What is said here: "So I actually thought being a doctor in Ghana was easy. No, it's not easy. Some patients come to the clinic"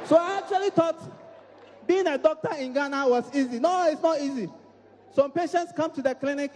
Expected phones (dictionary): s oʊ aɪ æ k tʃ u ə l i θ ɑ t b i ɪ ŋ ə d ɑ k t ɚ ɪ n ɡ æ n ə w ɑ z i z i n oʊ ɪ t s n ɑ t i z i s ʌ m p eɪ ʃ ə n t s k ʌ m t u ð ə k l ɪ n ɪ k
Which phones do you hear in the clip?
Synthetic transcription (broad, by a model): s oʊ aɪ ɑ k tʃ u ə l i t ɑ t b i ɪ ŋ ə d ɑ k t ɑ ɪ n ɡ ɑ n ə w ɑ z i z i n oʊ ɪ t s n ɑ t i z i s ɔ m p eɪ ʃ ə n t s k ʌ m t u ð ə k l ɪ n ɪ k